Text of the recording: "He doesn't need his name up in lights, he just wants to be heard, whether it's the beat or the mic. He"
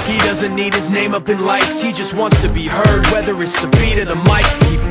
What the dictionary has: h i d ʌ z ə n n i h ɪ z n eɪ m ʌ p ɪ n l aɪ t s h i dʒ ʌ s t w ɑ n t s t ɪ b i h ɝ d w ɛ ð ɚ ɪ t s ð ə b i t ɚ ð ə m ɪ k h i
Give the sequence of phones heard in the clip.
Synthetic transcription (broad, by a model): h i d ʌ z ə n n i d ɪ z n eɪ m ʌ p ɪ n l aɪ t s h i dʒ ʌ s t w ɑ n t s t ɪ b i h ɝ d w ɛ ð ɚ ɪ t s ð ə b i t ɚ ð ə m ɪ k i